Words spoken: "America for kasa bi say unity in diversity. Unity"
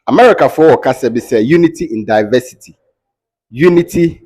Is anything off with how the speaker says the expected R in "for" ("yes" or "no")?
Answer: yes